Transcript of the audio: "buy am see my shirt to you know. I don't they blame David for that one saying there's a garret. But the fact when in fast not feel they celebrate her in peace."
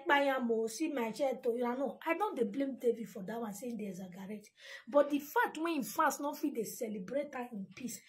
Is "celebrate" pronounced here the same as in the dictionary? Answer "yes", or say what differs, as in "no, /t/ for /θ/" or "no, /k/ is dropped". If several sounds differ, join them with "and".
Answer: yes